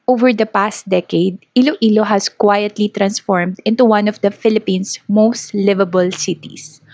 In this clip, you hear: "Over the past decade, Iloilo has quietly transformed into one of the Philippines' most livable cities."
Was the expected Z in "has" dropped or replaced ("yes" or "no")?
yes